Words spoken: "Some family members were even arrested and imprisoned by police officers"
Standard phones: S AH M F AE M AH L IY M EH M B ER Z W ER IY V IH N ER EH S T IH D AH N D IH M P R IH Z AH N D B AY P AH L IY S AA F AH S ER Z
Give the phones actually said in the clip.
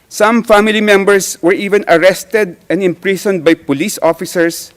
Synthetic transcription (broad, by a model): S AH M F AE M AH L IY M EH M B ER S W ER IY V IH N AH EH S T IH D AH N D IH M P R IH S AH N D B AY P AH L IY S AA F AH S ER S